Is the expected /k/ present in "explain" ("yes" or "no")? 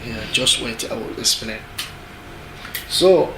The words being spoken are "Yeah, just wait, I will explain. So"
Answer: no